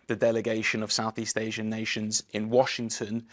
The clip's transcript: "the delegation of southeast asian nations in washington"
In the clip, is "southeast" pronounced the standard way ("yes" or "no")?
yes